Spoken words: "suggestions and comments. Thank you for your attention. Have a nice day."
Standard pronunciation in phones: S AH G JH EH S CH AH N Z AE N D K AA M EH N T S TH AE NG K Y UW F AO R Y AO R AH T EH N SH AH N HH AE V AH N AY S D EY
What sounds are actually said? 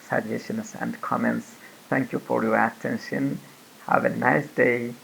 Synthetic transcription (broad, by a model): S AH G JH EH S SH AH N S AE N D K AA M EH N T S TH AE NG K Y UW F AO R Y AO R AH T EH N SH AH N HH AE V AH N AY S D EY